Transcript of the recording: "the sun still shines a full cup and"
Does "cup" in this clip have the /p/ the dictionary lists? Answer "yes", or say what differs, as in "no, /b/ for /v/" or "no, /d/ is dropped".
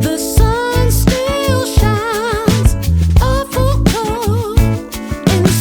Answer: no, /p/ is dropped